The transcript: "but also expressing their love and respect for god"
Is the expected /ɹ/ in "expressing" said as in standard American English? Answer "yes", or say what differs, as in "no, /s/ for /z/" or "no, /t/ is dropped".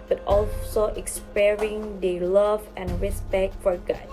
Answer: no, /ɹ/ is dropped